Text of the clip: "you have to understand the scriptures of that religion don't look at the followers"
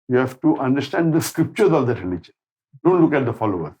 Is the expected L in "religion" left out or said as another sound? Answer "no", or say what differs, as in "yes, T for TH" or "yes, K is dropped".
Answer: yes, N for L